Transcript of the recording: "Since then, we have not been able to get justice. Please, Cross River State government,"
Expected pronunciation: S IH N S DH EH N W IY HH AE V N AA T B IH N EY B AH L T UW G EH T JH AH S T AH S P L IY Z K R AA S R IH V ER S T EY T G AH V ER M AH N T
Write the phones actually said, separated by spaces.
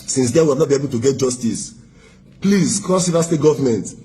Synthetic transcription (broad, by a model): S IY N S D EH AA W IY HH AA V N AA T B IH N EY B AH L T UW G EH T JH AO S T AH S P L IY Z K AA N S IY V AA S T EY T G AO V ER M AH N T